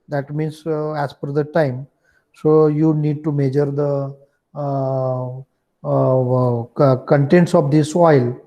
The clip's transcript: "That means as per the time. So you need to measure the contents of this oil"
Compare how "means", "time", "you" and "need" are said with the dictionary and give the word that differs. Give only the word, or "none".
means